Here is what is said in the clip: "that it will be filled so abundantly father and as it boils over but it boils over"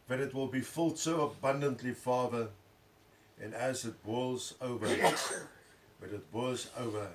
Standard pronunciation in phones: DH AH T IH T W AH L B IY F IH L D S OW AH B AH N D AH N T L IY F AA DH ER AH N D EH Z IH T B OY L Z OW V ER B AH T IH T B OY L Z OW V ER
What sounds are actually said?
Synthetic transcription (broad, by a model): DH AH T IH T W AH L B IY F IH L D S OW AH B AH N D AH N T L IY F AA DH ER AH N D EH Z IH T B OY L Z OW V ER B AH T IH T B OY Z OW V ER